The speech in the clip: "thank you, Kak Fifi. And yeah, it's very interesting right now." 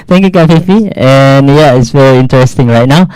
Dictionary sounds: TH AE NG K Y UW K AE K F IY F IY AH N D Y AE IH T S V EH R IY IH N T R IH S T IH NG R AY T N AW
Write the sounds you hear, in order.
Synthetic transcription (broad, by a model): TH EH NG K Y UW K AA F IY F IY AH N Y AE IH T S V EH R IY IH N T R IH S T IH NG R AY T N AW